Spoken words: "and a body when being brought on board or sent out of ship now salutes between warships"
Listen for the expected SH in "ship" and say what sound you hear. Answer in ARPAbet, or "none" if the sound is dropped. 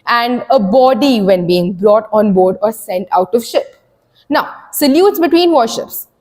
SH